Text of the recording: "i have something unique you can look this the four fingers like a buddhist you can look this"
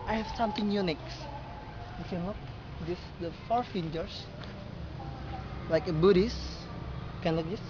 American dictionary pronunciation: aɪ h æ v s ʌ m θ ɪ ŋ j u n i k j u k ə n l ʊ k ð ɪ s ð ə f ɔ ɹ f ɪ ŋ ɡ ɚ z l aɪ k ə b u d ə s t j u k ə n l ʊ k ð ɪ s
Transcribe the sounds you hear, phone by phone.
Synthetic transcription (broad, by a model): aɪ h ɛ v s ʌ m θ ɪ ŋ j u n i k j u k ə n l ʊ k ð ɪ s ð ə f ɔ ɹ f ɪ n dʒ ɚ s l aɪ k ə b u d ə s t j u k ə n l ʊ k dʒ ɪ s